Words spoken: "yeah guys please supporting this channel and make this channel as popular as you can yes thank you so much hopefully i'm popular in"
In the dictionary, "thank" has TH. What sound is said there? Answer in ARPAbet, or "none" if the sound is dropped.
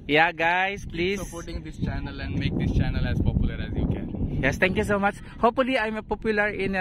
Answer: T